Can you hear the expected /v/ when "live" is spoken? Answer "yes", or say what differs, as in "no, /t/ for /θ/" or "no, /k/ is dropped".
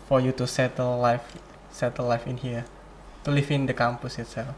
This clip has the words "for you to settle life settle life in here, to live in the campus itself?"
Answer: no, /f/ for /v/